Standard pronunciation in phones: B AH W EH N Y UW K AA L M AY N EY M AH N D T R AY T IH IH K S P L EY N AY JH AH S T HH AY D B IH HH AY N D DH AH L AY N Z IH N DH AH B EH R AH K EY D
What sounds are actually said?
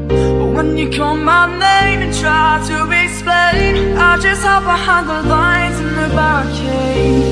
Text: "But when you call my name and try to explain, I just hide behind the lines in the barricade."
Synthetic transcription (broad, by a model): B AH W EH N Y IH K AA L M AY N EY M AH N T R AY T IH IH S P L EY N AY JH AH S T HH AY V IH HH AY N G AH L AY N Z IH N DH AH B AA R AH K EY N